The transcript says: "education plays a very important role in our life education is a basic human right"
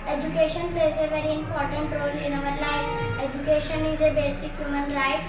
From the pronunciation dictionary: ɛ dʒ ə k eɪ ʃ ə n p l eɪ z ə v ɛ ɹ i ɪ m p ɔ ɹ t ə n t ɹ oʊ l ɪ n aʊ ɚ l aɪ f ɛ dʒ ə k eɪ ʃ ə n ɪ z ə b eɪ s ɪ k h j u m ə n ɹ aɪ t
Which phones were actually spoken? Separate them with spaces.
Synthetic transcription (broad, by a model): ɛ dʒ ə k eɪ ʃ ə n p l eɪ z ə v ɛ ɹ i ɪ m p ɔ ɹ t ə n t ɹ oʊ l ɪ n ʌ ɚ l aɪ ɛ dʒ ə k eɪ ʃ ə n ɪ z ə b eɪ s ɪ k h j u m ə n ɹ aɪ t